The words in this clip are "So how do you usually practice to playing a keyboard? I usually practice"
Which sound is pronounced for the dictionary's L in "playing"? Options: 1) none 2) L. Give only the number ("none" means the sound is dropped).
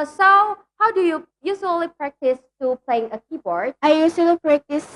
2